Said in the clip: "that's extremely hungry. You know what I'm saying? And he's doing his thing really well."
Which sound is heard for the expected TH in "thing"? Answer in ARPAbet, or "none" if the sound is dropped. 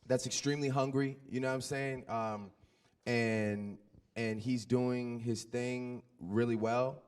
TH